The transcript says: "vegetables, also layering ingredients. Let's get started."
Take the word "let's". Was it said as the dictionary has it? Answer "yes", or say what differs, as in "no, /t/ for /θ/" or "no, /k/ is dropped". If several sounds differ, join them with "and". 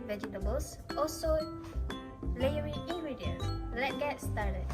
no, /s/ is dropped